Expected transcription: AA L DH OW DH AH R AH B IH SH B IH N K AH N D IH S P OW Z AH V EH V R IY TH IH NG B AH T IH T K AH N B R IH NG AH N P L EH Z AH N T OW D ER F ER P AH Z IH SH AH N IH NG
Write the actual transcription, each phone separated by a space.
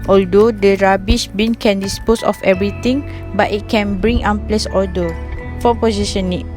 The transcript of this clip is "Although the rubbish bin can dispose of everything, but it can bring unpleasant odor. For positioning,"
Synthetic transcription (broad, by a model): AA L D OW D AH R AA B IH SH B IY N K AH N D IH S P OW S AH F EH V R IY T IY NG B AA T IH T K AH N B R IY NG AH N P L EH S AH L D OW F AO P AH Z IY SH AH N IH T